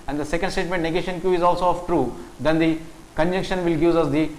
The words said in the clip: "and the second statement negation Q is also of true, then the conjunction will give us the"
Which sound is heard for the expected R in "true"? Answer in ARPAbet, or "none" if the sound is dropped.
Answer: R